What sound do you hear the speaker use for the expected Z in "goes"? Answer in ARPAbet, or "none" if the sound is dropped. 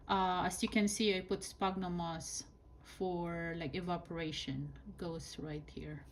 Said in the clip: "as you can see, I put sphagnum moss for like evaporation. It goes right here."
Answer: S